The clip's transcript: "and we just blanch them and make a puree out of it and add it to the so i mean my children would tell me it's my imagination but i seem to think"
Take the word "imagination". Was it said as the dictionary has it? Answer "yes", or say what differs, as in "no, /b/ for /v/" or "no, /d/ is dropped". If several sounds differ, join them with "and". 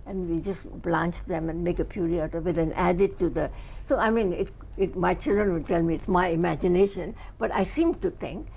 yes